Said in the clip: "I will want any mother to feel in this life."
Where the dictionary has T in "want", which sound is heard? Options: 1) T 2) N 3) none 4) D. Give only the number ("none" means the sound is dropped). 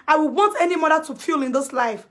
1